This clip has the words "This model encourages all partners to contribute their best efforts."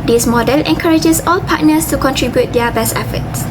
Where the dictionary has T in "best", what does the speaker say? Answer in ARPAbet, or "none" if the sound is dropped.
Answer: T